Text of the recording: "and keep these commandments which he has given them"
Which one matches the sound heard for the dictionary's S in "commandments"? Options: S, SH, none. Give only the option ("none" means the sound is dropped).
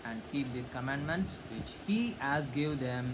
S